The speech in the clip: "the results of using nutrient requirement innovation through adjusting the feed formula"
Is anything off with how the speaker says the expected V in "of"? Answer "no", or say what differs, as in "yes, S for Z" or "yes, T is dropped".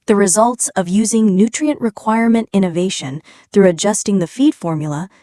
no